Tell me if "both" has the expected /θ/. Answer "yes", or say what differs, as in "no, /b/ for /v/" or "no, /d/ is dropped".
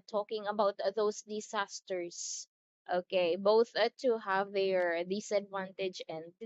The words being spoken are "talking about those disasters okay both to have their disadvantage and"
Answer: yes